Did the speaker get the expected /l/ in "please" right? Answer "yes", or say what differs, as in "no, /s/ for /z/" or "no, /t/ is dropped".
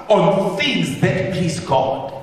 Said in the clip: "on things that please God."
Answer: no, /l/ is dropped